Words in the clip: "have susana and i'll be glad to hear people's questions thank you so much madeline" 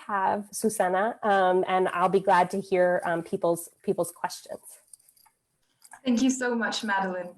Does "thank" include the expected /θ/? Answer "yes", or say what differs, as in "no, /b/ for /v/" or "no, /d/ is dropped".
yes